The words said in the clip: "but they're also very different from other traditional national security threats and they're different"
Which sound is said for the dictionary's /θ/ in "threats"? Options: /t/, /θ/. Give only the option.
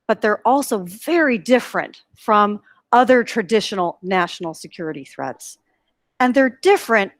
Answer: /θ/